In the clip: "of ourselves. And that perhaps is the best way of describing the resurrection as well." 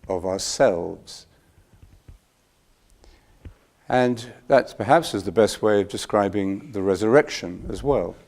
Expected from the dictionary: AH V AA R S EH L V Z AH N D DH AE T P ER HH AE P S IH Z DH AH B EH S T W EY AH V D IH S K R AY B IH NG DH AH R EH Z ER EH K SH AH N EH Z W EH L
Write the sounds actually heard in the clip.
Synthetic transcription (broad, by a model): AH V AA R S EH L V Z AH N DH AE T P ER HH AE P S IH Z DH AH B EH S T W EY AH V D IH S K R AY B IH NG DH AH R EH Z ER EH K SH AH N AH Z W EH L